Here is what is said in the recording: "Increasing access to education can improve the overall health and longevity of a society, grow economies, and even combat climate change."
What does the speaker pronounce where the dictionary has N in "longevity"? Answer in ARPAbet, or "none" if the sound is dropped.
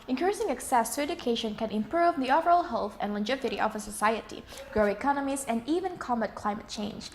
none